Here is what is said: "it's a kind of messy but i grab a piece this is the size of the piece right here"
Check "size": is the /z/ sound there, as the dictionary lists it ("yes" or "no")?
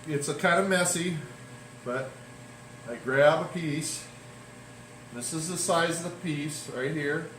yes